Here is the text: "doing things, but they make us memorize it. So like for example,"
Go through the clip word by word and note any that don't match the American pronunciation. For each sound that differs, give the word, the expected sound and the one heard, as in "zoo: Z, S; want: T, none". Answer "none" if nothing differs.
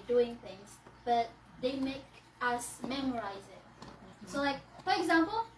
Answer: none